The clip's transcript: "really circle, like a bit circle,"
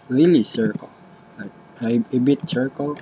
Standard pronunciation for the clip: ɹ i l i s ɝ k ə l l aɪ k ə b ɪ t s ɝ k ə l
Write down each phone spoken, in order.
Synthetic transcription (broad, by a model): ɹ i l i s ɝ k ə l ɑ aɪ ə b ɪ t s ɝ k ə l